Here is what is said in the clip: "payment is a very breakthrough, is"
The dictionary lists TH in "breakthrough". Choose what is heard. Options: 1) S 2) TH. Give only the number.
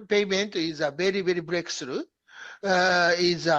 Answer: 1